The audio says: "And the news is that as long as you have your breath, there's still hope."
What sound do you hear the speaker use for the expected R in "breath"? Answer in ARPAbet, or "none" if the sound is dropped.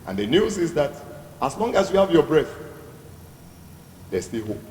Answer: R